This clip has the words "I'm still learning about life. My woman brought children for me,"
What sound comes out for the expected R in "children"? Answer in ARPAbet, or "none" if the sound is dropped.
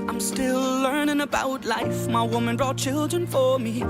R